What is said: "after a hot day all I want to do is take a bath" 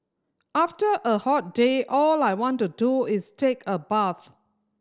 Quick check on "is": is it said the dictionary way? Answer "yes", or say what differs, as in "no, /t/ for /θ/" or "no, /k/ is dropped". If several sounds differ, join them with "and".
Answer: no, /s/ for /z/